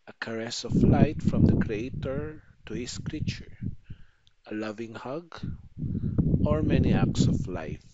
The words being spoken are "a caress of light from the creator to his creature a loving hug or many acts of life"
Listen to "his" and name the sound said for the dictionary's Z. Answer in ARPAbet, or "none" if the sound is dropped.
S